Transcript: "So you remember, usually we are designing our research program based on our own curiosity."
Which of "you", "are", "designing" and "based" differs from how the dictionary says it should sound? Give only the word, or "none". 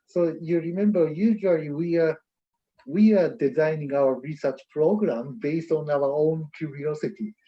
are